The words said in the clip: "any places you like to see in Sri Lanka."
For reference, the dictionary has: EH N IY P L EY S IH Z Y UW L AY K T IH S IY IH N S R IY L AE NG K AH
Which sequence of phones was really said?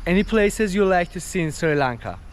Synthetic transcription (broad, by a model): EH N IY P L EY S IH Z Y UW L AY K T IH S IY IH N S R IY L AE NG K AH